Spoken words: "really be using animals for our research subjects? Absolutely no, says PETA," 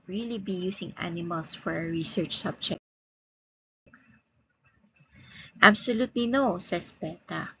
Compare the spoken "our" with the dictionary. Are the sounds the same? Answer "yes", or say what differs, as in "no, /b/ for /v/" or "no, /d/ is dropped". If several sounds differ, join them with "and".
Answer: yes